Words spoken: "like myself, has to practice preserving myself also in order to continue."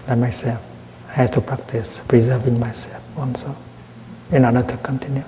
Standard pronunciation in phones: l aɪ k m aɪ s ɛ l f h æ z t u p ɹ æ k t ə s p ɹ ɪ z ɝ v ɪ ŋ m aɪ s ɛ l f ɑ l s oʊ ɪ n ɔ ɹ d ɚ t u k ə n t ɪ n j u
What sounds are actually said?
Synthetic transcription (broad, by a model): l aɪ m aɪ s ɛ l f h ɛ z t u p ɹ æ k t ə s p ɹ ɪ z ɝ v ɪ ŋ m aɪ s ɛ l f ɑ n s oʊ ɪ n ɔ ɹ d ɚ t u k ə n t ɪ n j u